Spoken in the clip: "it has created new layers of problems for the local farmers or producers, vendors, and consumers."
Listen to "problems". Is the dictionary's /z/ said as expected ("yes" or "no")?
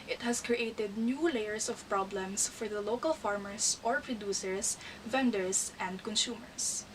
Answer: no